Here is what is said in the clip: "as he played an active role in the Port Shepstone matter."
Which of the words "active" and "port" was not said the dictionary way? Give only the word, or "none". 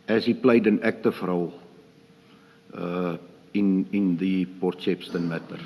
active